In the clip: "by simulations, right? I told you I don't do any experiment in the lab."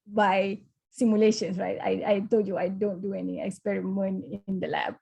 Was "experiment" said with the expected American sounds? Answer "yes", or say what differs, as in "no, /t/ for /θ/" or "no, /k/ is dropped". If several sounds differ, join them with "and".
no, /t/ is dropped